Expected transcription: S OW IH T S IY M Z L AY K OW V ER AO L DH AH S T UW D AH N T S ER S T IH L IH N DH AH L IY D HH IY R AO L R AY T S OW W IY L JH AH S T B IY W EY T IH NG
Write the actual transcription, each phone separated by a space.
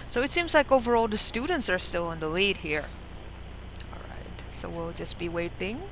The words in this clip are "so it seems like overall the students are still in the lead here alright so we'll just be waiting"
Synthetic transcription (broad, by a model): S OW IH T S IY M Z L AY K OW V ER AO L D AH S T UW D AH N T S ER S T IH L IH N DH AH L IY D HH IY R AO L R AY T S OW W IY L JH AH S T B IY W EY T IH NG